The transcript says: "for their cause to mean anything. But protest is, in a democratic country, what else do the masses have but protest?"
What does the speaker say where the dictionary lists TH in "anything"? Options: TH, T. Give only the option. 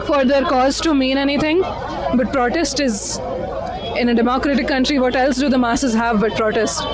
T